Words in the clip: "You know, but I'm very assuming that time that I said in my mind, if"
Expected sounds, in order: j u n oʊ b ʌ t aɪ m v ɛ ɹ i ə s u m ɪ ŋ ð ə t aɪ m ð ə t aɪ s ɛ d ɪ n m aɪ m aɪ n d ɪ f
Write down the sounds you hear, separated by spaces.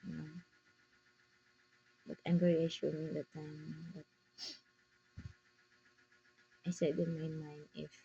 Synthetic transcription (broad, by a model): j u n oʊ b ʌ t aɪ m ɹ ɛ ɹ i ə ʃ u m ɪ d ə t aɪ m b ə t aɪ s ɛ d ɪ n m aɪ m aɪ n ɪ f